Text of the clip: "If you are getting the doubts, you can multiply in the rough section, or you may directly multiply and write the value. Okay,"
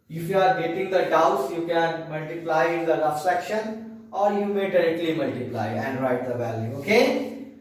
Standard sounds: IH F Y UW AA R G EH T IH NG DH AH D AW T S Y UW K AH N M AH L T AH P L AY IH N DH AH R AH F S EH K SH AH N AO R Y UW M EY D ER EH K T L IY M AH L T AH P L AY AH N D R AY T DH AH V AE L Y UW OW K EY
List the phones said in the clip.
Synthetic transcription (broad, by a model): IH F Y UW AA R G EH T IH NG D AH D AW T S Y UW K AH N M AH L T AH P L AY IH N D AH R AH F S EH K SH AH N AO R Y UW M EY D ER EH K T L IY M AH L T AH P L AY AH N D R AY T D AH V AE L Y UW OW K EY